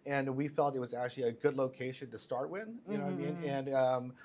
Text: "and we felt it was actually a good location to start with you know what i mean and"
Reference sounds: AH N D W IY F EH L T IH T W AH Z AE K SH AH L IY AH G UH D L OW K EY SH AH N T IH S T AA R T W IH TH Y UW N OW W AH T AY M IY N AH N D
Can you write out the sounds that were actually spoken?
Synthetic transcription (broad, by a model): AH N W IY F EH L T IH T W AH Z AE K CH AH L IY AH G UH D L OW K EY SH AH N T IH S T AA R T W IH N Y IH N OW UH AY M IY N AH N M